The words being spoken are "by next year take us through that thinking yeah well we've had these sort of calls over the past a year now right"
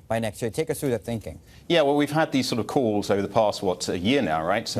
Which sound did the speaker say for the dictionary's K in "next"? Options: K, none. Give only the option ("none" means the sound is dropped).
K